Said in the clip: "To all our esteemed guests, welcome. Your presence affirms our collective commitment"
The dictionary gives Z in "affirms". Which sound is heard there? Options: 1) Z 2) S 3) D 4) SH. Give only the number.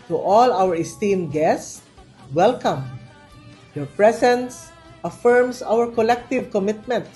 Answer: 2